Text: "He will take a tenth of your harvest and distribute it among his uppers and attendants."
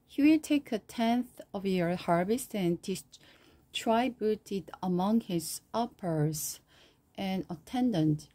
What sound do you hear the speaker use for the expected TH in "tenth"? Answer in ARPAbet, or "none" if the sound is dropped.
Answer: TH